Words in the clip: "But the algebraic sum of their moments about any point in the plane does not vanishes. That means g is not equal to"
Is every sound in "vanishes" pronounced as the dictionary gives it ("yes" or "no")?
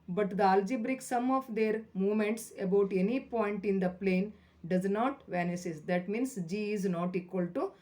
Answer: no